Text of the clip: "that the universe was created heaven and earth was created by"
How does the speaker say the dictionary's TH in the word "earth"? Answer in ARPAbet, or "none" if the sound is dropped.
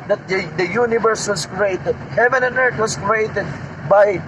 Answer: T